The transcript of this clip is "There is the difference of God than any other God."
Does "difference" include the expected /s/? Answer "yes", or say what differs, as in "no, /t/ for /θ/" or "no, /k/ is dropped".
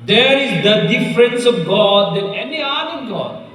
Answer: yes